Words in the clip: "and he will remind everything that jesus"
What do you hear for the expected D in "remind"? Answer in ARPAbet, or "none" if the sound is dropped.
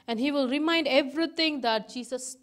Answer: D